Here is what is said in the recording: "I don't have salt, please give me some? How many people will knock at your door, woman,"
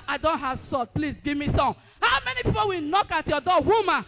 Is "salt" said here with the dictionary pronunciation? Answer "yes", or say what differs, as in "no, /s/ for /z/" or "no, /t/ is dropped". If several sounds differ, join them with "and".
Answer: no, /l/ is dropped